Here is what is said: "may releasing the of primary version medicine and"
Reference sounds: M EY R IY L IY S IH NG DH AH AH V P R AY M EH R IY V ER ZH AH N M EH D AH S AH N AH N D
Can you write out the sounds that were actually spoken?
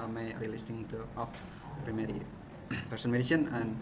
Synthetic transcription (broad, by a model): M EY R IY L IY S IH NG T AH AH F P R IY M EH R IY P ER S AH N M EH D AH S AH N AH N